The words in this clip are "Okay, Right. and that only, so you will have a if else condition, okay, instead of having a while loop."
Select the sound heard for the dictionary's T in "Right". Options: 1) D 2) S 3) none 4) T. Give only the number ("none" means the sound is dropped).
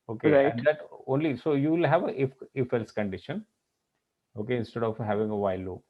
3